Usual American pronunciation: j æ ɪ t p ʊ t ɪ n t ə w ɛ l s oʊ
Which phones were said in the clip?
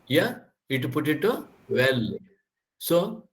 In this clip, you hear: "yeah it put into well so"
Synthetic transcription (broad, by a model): j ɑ ɪ t p ʊ t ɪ t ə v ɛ l s oʊ